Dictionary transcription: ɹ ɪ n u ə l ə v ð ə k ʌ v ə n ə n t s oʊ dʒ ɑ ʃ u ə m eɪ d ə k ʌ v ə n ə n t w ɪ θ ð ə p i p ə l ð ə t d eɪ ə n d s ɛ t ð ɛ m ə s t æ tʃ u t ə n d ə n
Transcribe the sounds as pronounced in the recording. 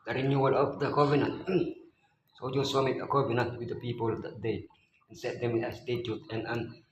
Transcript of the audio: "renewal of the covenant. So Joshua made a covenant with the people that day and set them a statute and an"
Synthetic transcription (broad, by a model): ɹ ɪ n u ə l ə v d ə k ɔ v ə n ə n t s oʊ dʒ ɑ s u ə m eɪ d ə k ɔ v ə n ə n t w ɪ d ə p i p ə l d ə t d eɪ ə n s ɛ t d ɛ m ə s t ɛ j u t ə n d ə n